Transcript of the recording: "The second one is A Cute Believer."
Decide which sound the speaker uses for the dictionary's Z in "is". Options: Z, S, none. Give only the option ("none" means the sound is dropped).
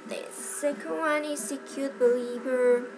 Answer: S